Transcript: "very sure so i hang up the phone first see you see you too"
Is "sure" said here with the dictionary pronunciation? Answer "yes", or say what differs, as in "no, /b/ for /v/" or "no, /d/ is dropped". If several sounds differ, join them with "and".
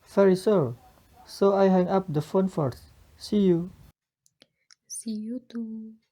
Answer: no, /s/ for /ʃ/